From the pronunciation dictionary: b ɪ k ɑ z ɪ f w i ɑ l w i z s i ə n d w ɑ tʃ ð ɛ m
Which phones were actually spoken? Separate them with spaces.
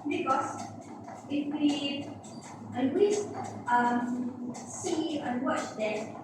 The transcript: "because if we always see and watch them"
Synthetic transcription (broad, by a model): b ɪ k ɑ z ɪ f w i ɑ n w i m s i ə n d w ɑ tʃ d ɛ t